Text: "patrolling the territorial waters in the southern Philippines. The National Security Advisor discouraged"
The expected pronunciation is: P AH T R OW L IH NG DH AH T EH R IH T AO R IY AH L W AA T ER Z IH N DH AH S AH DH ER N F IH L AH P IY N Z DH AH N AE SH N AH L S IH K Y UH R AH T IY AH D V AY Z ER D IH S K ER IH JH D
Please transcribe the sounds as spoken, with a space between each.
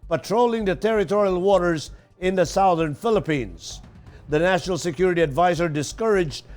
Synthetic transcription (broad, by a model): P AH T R OW L IH NG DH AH T EH R IH T AO R IY AH L W AA T ER Z IH N DH AH S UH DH ER N F IH L AH P IY N Z DH AH N AE SH N L S IH K Y UH R AH T IY AH D V AY Z ER D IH S K ER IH JH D